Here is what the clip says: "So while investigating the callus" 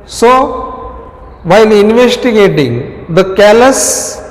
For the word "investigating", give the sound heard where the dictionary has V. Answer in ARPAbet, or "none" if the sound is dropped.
V